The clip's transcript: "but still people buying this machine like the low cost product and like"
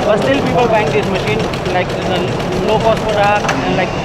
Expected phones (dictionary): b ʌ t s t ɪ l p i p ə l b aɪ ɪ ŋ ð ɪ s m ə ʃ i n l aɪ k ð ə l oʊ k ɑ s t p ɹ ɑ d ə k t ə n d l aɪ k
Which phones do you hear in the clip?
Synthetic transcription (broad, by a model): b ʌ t s t ɪ l p i p ə l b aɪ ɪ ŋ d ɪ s m ə ʃ i n l aɪ k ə l oʊ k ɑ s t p ɑ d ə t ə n l aɪ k